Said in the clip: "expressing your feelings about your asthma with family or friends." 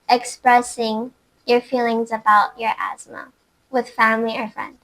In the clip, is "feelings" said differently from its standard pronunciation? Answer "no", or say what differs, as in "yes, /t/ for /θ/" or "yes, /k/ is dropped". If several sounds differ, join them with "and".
no